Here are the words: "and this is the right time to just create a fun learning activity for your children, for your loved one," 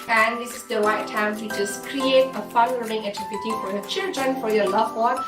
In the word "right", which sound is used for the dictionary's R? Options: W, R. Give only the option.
W